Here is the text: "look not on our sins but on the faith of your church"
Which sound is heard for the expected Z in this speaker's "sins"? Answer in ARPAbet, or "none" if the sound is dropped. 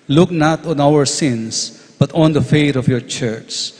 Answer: S